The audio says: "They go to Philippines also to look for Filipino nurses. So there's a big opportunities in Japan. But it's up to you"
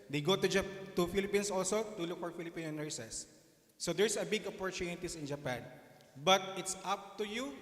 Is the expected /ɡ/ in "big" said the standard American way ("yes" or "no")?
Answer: yes